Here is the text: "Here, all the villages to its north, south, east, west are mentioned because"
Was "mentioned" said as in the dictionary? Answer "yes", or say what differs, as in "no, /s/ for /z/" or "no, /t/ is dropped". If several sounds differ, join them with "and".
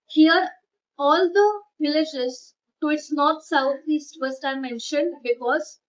yes